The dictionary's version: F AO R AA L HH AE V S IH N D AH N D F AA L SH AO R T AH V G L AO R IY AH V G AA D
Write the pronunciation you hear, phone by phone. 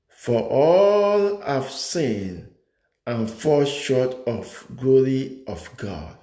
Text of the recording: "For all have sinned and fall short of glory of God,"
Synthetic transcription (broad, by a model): F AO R AA L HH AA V S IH N AH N F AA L SH AO T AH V G L AO R IY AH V G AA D